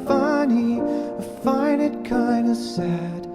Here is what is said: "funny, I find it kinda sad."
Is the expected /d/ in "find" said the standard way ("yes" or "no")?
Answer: no